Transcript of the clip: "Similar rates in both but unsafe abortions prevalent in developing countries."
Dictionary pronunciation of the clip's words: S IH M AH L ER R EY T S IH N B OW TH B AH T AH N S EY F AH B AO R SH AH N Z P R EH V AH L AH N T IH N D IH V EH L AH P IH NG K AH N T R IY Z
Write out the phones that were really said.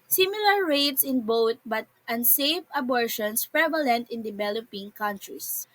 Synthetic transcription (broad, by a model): S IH M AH L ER R EY T S IH N B OW T B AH T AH N S EY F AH B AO R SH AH N S P R EH V AH L AH N T IH N D IH V EH L AH P IH NG K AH N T R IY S